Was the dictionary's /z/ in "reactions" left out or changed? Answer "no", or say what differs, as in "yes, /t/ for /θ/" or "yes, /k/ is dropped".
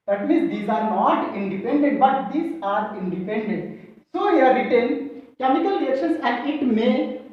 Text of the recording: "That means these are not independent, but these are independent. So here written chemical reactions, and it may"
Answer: yes, /s/ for /z/